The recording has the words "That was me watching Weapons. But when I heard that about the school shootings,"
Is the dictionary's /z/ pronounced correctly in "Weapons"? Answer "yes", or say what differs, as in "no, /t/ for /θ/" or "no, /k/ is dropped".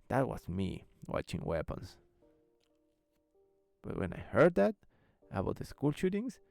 no, /s/ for /z/